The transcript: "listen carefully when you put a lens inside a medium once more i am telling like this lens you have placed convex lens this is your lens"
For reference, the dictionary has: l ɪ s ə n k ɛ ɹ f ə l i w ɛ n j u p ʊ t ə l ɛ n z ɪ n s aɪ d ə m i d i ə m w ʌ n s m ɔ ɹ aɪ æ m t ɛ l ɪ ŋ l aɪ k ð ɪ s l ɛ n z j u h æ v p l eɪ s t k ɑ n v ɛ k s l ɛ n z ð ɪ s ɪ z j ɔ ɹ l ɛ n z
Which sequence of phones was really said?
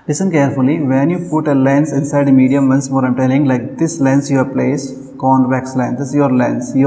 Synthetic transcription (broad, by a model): l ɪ s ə n k ɛ ɹ f ə l i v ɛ n j u p ʊ t ə l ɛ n s ɪ n s aɪ d m i d i ə m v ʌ n s m ɔ ɹ aɪ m t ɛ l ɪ ŋ l aɪ k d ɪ s l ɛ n s j u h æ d p l eɪ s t k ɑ n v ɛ k s l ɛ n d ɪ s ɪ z j ɔ ɹ l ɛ n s